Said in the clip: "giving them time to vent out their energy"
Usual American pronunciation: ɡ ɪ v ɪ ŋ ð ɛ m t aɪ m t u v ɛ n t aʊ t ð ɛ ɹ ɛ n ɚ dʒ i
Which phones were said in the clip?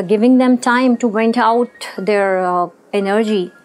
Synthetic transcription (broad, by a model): ɡ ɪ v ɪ ŋ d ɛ m t aɪ m t u b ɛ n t aʊ t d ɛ ɹ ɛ n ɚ dʒ i